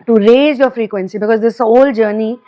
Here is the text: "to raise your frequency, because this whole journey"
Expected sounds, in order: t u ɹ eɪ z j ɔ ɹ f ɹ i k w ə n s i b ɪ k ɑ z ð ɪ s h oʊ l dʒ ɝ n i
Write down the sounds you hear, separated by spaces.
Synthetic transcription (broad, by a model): t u ɹ eɪ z j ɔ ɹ f ɹ i k w ə n s i b ɪ k ɑ z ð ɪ s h oʊ l dʒ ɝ n i